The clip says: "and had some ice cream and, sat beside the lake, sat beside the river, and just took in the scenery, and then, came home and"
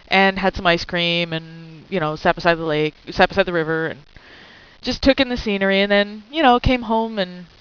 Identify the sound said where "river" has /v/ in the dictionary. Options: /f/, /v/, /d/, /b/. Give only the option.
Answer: /v/